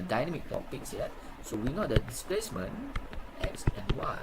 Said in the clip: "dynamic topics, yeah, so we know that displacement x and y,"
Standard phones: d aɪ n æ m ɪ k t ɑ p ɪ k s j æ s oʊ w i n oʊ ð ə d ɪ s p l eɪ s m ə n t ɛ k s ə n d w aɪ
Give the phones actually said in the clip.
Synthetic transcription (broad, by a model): d aɪ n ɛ m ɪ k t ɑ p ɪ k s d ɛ s oʊ w i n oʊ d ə d ɪ s p l eɪ s m ə n t ɛ k s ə n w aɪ